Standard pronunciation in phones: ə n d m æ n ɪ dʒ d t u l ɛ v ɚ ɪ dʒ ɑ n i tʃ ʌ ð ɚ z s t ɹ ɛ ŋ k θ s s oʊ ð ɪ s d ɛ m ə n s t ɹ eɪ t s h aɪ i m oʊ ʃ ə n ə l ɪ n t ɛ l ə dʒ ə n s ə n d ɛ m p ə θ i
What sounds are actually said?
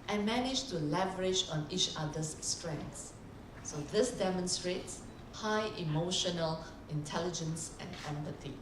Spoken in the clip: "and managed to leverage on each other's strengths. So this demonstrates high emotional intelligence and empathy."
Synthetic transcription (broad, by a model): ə n m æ n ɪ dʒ t u l ɛ v ɚ ɪ dʒ ɑ n i tʃ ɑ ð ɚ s t ɹ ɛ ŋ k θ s s oʊ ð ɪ s d ɛ m ə n s t ɹ eɪ t s h aɪ i m oʊ ʃ ə n ə l ɪ n t ɛ l ə dʒ ə n s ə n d ɛ m p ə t i